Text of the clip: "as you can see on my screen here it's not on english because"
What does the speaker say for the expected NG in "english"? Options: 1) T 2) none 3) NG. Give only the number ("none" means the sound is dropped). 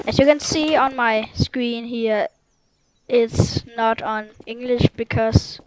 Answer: 3